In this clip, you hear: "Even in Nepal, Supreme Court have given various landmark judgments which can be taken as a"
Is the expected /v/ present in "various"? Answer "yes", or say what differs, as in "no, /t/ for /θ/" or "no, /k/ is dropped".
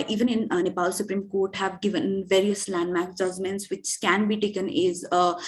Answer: yes